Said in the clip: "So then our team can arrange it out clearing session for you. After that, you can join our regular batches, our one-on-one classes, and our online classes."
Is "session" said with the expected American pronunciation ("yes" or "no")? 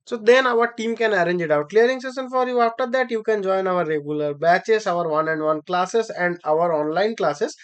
no